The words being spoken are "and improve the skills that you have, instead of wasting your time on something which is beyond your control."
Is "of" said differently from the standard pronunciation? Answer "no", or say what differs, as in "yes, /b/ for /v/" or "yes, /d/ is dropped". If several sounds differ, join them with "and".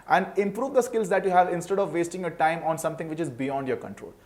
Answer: no